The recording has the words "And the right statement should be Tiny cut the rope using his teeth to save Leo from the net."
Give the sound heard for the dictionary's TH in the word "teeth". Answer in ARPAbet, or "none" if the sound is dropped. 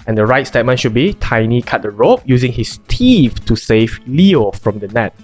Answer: F